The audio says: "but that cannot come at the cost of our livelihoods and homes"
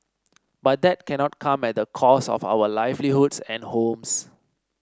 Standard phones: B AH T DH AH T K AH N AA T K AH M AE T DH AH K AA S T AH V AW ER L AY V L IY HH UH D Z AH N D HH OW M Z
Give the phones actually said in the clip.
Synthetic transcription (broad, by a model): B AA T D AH T K AH N AA T K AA M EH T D AH K AA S AH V AW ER L AY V L IY HH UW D S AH N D HH OW M S